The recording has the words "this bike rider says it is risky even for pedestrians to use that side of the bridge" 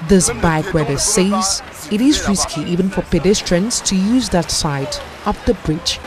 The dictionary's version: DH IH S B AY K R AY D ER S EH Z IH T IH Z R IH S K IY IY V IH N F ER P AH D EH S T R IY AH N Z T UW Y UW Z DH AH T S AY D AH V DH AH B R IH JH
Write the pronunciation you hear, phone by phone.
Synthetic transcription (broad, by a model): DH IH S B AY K W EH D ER S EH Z IH T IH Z R IH S K IY IY V IH N F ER P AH D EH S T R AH N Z T UW Y UW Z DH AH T S AY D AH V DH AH B R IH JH